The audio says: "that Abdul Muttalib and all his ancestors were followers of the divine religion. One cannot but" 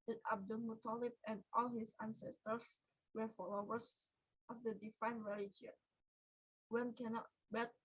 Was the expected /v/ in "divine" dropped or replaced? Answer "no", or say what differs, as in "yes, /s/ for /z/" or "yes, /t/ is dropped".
yes, /f/ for /v/